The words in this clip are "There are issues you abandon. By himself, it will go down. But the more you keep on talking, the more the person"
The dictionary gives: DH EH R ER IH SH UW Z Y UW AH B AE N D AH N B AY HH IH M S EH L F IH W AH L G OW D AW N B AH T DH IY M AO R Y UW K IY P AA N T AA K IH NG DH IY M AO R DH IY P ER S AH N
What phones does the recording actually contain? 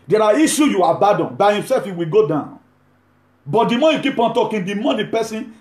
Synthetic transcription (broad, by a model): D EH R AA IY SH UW Y UW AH B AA D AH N B AY HH IH M S EH L F IH W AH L G OW D AW N B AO T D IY M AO Y UW K IY P AA N T AA K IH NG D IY M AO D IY P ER S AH N